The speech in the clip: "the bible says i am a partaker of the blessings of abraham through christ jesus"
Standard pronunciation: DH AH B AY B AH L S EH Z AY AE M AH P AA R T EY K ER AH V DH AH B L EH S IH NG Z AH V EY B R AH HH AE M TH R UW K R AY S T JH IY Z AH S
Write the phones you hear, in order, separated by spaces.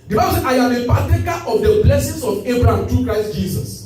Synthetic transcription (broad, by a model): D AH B AY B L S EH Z AY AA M AH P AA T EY K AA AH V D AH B L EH S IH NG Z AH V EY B R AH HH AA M T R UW K R AY S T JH IY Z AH S